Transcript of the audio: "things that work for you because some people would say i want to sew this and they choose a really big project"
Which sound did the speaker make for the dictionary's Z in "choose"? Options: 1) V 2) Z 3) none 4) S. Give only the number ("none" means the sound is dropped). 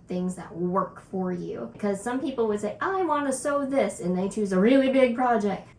2